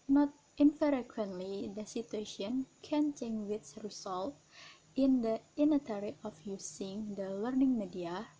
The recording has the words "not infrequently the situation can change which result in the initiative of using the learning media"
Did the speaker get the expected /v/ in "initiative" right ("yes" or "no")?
no